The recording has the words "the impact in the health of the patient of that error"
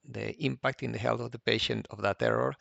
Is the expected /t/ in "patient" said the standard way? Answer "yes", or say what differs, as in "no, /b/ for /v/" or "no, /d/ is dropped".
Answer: yes